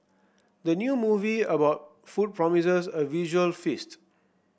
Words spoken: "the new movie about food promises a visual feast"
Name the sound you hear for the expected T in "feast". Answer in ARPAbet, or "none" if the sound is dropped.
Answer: T